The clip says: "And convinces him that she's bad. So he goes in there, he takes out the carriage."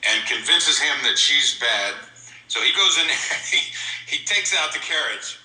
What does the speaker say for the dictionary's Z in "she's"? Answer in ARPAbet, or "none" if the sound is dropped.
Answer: Z